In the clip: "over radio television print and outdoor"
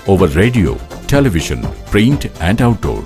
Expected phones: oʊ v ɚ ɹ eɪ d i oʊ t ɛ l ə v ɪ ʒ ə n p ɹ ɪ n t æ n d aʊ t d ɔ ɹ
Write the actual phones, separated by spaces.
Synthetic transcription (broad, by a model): oʊ v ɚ ɹ eɪ d i oʊ t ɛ l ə v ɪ ʃ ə n p ɹ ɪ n t æ n d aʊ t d ɔ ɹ